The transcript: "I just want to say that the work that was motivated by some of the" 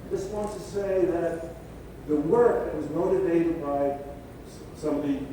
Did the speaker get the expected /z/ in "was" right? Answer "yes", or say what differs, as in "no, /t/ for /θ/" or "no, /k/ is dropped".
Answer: yes